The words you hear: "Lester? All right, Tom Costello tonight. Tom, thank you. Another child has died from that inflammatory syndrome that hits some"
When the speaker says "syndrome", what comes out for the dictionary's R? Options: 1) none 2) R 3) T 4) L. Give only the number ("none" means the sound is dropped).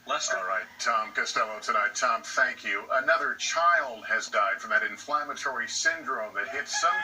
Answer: 2